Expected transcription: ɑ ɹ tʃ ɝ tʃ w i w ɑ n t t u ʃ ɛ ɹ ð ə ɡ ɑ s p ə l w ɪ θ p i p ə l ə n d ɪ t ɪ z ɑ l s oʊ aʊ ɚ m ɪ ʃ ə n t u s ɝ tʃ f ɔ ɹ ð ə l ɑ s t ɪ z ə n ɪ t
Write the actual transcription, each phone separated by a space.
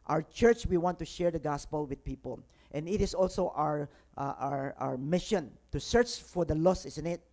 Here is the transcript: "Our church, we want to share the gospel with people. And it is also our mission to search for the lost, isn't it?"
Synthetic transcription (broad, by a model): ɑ ɹ tʃ ɝ tʃ w i w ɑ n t t u ʃ ɛ ɹ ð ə ɡ ɑ s p ə l w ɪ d p i p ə l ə n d ɪ t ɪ s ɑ l s oʊ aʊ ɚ m ɪ ʃ ə n t u s ɝ tʃ f ɔ ɹ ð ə l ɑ s ɪ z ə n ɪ t